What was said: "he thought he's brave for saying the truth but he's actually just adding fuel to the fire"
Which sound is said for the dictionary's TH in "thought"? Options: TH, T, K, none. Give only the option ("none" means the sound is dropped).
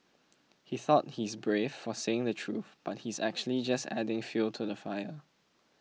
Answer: TH